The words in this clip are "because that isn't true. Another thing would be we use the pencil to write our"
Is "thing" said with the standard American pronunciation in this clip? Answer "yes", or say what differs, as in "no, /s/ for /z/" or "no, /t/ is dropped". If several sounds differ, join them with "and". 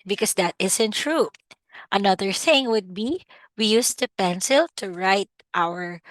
yes